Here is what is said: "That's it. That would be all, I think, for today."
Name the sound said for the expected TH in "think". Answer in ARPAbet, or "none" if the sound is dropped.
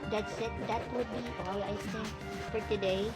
S